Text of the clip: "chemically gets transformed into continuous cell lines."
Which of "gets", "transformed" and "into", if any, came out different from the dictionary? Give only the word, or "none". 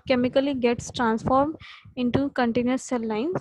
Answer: none